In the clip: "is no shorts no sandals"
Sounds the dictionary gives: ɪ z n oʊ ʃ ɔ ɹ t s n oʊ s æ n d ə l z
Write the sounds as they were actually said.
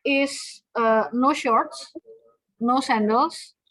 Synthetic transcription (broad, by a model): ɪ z n oʊ ʃ ɔ ɹ t s n oʊ s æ n d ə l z